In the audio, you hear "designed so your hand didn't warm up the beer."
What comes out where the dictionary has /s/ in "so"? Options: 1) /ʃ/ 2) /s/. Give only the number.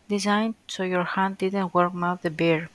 2